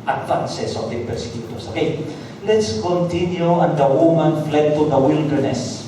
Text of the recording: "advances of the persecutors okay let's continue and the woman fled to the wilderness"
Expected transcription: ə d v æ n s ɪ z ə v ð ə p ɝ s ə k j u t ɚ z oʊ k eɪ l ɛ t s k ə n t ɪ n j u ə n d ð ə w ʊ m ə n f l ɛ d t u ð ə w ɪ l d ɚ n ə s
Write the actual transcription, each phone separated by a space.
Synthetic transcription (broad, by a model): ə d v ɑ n s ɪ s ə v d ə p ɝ s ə k j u t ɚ s oʊ k eɪ l ɛ t s k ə n t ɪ n j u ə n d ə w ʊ m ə n f l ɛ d t u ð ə w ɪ l d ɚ n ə s